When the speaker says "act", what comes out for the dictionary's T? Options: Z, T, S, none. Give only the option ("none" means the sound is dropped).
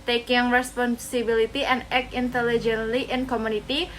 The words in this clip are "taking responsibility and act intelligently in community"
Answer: none